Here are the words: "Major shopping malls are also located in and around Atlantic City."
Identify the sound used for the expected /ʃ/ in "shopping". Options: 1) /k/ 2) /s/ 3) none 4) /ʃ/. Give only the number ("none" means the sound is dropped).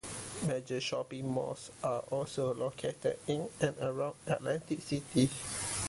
4